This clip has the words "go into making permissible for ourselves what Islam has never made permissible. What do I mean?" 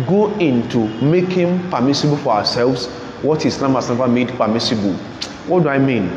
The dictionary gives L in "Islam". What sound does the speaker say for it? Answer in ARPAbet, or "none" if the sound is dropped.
N